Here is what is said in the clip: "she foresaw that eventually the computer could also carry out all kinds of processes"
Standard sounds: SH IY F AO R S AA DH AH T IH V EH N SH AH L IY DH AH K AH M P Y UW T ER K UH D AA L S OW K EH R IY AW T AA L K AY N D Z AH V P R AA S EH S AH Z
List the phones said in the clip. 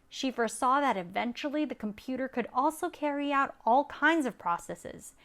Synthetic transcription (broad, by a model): SH IY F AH R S AA DH AH T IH V EH N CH L IY DH AH K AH M P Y UW T ER K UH D AA L S OW K EH R IY AW T AA L K AY N D Z AH V P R AA S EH S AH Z